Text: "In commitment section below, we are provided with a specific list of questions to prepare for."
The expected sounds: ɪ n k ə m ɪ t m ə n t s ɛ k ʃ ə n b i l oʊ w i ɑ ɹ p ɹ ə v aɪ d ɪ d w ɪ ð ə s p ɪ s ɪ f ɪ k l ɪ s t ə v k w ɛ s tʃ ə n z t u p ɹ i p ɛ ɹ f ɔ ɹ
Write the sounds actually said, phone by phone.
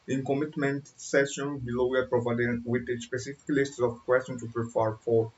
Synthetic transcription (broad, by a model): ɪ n k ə m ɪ t m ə n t s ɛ ʃ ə n b i l oʊ w i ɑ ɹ p ɹ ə v aɪ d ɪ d w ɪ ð ə s p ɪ s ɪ f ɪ k l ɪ s t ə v k w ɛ s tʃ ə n t u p ɹ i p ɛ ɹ f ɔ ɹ